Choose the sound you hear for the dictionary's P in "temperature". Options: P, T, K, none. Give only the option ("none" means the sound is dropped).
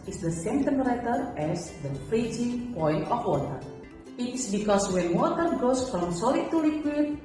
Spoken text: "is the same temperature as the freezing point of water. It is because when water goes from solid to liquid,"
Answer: none